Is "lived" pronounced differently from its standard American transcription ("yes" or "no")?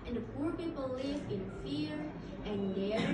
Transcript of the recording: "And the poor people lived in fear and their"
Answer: yes